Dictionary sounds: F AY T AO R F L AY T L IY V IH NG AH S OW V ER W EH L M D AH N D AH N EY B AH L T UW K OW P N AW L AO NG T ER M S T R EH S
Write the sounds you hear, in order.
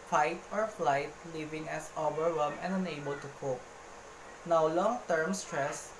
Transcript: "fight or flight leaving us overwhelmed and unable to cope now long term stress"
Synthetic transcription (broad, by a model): F AY T AO R F L AY T L IY V IH NG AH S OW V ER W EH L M AH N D AH N EY B AH L T UW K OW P N AW L AO NG T ER M S T R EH S